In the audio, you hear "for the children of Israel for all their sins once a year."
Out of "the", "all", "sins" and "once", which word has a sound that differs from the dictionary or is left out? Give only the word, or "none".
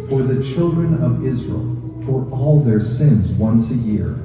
none